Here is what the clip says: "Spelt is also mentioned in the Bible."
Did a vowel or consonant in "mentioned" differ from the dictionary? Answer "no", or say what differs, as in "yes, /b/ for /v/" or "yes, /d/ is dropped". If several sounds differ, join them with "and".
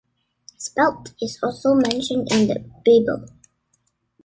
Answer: no